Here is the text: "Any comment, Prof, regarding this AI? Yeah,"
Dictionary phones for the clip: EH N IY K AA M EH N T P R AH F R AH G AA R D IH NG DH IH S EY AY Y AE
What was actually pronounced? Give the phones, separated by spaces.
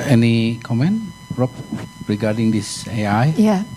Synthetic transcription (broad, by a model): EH N IY K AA M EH N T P R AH P R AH G AA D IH NG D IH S EY AY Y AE